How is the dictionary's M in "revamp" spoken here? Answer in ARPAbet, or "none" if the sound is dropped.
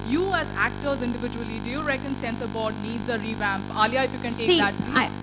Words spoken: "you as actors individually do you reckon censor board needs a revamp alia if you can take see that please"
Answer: M